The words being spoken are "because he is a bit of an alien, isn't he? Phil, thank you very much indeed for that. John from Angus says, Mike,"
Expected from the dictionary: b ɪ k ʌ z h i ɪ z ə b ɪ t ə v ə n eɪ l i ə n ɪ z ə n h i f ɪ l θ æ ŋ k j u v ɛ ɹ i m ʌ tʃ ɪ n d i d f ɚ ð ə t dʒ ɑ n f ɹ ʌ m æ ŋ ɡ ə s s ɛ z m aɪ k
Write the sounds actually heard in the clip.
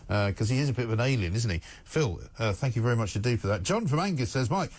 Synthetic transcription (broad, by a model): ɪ k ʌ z i ɪ z ə b ɪ t ə v ə n eɪ l i ə n ɪ z n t i f ɪ l θ æ ŋ k j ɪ v ɛ ɹ i m ʌ tʃ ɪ d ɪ f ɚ ð ə t dʒ ɑ n f ɹ ʌ m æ ŋ ɡ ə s s ɛ z m aɪ k